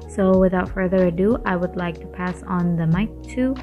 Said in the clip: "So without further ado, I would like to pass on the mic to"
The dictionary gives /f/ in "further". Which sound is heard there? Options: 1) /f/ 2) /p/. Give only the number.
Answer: 1